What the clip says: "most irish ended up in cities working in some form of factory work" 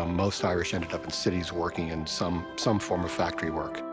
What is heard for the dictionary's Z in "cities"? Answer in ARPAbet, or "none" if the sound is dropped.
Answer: Z